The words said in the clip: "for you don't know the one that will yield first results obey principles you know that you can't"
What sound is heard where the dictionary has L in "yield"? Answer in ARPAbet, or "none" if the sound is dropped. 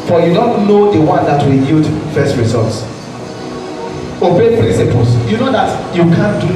none